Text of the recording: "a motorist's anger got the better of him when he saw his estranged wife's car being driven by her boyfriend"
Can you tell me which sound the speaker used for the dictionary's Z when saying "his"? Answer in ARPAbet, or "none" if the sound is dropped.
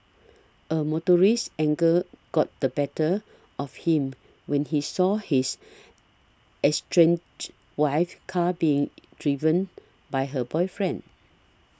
S